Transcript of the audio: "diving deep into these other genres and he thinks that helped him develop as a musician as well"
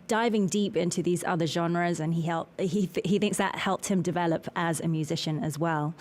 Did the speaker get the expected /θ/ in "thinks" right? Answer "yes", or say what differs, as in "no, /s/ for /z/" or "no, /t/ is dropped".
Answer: yes